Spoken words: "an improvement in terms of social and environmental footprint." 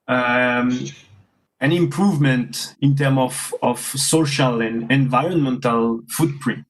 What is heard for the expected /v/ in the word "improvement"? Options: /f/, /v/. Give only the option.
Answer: /v/